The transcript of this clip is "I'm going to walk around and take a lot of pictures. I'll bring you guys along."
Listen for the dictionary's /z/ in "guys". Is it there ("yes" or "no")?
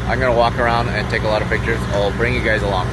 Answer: yes